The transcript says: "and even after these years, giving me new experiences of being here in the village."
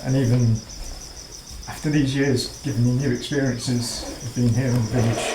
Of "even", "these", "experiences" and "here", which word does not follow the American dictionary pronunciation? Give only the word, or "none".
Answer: none